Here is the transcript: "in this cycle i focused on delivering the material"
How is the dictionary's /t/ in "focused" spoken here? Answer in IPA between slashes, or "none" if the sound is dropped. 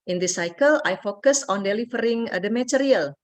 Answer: none